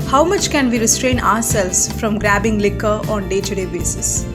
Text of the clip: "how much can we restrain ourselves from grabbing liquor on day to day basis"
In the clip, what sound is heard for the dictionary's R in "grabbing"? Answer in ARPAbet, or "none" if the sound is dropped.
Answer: R